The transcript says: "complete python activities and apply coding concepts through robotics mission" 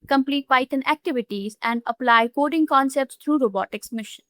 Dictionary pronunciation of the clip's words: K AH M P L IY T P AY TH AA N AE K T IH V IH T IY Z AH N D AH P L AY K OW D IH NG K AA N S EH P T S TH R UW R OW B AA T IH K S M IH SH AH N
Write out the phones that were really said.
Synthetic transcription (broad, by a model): K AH M P L IY T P AY T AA N AE K T IH V IH T IY Z AH N D AH P L AY K OW D IH NG K AA N S EH P T S T R UW R OW B AA T IH K S M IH SH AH N